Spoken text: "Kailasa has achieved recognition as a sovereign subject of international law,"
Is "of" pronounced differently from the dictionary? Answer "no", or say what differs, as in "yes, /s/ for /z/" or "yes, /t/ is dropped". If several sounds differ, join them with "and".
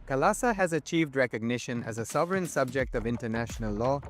no